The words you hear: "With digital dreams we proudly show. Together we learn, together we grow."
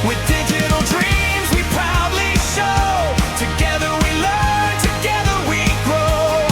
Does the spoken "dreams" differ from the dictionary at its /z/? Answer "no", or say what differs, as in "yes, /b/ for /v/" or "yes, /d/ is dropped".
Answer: no